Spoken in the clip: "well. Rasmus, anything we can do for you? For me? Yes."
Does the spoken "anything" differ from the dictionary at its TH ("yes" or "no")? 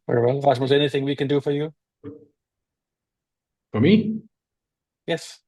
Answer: no